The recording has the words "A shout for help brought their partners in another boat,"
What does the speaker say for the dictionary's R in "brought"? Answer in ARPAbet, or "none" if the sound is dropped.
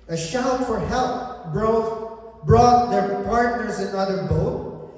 R